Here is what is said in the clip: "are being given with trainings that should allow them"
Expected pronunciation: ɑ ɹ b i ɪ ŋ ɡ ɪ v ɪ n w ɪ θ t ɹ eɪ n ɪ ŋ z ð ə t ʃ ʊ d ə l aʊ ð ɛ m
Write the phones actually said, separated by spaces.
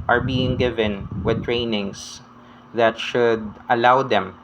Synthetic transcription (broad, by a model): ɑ ɹ b i ɪ ŋ ɡ ɪ v ɪ n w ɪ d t ɹ eɪ n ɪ ŋ s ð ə t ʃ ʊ d ə l aʊ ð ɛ m